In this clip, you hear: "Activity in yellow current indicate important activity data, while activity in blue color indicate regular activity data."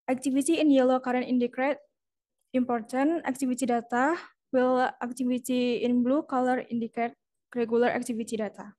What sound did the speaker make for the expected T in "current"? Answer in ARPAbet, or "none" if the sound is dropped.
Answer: none